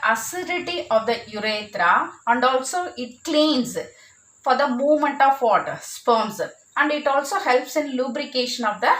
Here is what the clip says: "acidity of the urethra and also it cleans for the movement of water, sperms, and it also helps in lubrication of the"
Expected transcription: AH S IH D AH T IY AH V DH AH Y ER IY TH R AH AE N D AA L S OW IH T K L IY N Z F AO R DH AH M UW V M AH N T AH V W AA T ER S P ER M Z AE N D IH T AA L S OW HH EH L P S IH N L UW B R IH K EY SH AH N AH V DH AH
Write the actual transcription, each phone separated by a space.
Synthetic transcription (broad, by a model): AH S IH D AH T IY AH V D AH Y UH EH T R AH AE N D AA L S OW IH T K L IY N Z F AO R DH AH M UW V M AH N T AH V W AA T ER S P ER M S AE N D IH T AA L S OW HH EH L P S IH N L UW B R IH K EY SH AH N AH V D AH